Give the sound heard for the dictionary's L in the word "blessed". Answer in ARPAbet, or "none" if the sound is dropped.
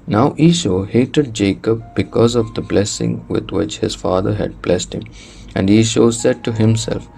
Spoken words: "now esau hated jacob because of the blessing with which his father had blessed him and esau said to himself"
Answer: L